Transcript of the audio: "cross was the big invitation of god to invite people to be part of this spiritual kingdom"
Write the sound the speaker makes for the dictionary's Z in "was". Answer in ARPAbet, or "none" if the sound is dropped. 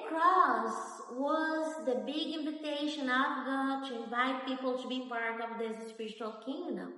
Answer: Z